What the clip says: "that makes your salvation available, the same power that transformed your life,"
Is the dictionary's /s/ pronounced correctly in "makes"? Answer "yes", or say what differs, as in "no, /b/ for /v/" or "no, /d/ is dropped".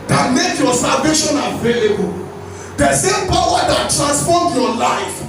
no, /s/ is dropped